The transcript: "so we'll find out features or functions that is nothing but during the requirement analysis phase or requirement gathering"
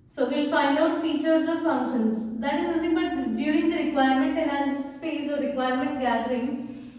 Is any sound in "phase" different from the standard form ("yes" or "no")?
yes